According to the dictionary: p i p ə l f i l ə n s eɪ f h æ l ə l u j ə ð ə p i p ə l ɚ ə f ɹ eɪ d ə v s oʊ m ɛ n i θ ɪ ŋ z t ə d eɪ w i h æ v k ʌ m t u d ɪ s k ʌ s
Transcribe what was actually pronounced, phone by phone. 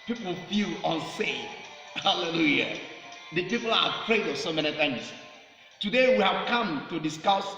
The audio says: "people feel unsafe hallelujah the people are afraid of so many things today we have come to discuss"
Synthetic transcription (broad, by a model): p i p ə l f i l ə n s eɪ h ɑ l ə l u j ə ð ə p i p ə l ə p ɹ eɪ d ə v s oʊ m ɛ n i t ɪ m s t ə d eɪ w i h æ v k ʌ m t u d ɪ s k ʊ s